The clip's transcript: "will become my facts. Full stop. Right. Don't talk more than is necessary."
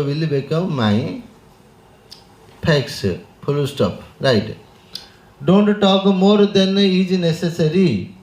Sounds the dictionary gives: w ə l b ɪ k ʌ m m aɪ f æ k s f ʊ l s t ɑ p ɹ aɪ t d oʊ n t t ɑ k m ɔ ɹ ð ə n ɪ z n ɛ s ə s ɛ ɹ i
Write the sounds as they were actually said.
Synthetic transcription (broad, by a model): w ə l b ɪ k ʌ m m aɪ p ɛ k s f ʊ l s t ɑ p ɹ aɪ t d oʊ n t t ɑ k m ɔ ɹ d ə n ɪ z n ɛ s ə s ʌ ɹ i